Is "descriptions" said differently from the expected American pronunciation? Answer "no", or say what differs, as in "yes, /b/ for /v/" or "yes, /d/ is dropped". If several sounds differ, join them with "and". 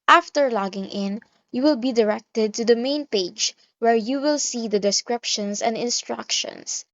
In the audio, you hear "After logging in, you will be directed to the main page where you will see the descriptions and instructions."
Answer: yes, /s/ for /z/